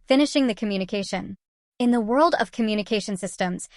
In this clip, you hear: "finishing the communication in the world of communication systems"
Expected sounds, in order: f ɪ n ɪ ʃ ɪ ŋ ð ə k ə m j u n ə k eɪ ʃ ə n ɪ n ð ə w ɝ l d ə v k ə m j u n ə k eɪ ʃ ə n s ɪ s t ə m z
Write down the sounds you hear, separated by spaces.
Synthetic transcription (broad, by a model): f ɪ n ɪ ʃ ɪ ŋ ð ə k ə m j u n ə k eɪ ʃ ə n ɪ n ð ə w ɝ l d ə v k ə m j u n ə k eɪ ʃ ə n s ɪ s t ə m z